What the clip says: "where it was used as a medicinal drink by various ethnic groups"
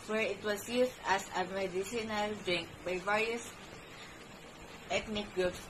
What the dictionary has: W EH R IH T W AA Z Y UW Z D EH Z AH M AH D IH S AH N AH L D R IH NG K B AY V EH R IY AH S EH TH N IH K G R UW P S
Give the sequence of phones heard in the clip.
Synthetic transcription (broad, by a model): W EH R IH T W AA S Y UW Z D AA S AH M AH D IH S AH N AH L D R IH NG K B AY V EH R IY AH S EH T N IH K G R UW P S